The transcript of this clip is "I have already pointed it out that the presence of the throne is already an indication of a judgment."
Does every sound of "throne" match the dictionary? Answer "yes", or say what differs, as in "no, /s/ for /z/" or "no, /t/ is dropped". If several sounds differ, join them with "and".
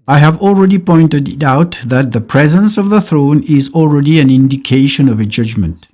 yes